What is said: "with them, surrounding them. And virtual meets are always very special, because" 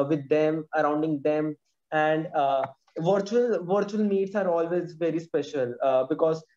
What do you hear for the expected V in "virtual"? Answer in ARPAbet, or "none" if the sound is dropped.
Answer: V